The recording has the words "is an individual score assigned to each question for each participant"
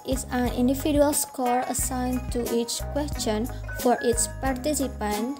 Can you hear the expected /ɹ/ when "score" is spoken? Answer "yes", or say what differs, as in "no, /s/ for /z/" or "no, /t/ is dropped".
yes